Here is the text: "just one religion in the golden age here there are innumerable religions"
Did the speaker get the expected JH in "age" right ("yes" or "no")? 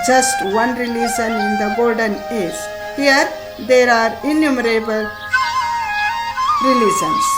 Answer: no